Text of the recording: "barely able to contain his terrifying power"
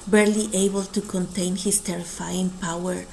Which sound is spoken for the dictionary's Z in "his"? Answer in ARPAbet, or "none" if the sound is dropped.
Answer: S